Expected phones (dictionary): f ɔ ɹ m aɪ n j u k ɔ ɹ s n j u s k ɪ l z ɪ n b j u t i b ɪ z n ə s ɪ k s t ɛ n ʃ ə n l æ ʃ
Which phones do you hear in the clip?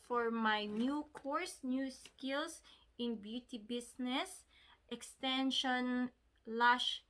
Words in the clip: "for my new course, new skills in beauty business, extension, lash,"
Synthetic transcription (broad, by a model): f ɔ ɹ m aɪ n j u k ɔ ɹ s n j u s k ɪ l s ɪ n b j u t i b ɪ s n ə s ɪ k s t ɛ n ʃ ə n l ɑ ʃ